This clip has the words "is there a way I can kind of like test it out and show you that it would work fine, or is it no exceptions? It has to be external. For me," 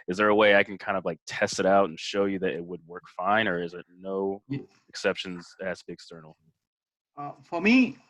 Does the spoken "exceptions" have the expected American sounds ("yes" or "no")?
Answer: yes